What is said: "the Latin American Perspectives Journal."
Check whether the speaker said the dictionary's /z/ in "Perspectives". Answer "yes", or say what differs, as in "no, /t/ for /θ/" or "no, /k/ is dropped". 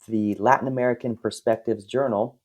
yes